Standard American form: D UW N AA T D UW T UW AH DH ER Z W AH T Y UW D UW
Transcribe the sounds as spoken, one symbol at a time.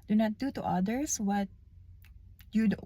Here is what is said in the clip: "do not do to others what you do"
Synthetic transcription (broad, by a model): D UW N AA T D UW T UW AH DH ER S W AH T Y UW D